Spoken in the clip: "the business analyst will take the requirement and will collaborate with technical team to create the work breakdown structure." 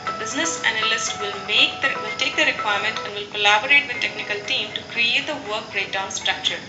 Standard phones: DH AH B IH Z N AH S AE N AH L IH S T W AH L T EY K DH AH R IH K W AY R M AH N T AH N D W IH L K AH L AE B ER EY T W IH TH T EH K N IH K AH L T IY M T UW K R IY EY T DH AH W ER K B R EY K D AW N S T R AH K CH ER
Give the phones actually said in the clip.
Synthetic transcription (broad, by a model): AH B IH Z N AH S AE N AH L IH S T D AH L T EY K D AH R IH K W AY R M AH N T AH N D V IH L K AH L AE B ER EY T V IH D T EH K N IH K AH L T IY M T UW K R IY EY T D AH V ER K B R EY D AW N S T R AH K CH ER